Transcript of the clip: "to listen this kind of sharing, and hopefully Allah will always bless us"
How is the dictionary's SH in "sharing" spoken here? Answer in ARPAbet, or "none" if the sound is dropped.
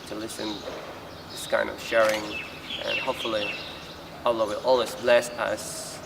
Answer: SH